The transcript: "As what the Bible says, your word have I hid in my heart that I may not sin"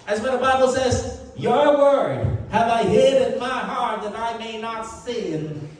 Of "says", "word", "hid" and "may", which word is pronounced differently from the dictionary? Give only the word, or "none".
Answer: none